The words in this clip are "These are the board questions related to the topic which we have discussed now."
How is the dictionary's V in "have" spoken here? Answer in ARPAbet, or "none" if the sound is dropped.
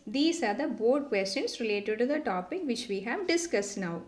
V